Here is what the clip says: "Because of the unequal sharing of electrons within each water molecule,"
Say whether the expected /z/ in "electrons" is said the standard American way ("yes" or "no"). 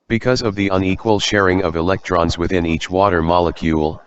yes